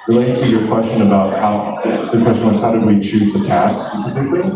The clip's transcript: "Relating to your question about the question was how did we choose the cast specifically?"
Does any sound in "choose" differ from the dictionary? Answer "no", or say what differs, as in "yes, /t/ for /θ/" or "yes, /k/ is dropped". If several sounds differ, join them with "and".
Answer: no